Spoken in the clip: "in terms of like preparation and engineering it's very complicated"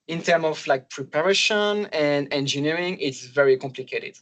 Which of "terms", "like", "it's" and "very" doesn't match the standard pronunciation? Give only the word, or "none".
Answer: terms